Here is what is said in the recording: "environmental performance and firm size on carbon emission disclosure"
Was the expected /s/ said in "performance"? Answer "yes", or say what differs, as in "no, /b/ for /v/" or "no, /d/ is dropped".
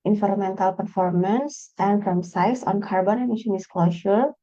yes